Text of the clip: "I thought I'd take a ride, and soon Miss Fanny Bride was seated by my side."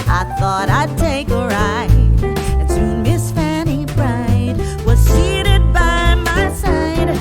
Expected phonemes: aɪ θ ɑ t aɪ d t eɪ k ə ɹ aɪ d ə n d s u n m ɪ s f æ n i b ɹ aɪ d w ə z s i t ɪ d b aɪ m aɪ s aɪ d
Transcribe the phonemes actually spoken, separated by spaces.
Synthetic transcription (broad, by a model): aɪ θ ɑ t aɪ d t eɪ k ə ɹ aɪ ə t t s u m ɪ s f æ n i b ɹ aɪ d w ə z s i t ɪ d b aɪ m aɪ s aɪ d